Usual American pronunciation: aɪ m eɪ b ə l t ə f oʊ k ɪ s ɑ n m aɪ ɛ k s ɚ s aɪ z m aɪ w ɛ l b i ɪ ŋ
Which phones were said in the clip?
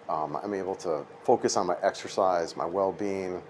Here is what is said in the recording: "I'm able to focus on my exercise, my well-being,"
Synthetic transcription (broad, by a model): aɪ m eɪ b l t ə f oʊ k ɪ s n m aɪ ɛ k s ɚ s aɪ z m aɪ w ɛ l b i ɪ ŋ